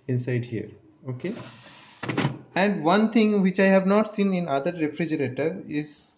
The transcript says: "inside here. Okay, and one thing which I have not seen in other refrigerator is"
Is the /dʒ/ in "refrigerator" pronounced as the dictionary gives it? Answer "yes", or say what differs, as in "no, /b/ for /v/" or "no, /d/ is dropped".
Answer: yes